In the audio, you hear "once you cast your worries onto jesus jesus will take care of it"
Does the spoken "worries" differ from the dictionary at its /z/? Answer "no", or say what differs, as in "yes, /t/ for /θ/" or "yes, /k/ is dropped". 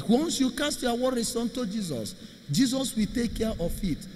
yes, /s/ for /z/